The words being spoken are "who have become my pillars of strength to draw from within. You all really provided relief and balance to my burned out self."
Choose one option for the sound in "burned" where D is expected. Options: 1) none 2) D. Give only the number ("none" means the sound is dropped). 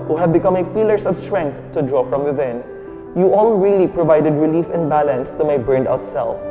2